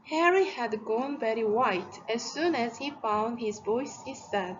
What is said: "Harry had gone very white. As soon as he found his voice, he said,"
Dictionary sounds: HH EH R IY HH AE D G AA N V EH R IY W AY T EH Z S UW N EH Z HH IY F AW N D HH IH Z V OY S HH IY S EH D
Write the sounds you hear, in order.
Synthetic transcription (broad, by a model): HH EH R IY HH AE D G AA N V EH R IY W AY T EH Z S UW N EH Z HH IY F AW N D HH IH Z V OY S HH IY S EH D